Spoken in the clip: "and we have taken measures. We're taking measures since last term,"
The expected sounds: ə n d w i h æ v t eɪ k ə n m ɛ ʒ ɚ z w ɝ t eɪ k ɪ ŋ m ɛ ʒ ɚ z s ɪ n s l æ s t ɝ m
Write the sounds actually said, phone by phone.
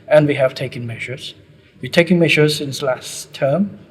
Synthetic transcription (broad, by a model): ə n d w i h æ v t eɪ k ə n m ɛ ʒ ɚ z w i t eɪ k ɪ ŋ m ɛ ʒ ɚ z s ɪ n s l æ s t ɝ m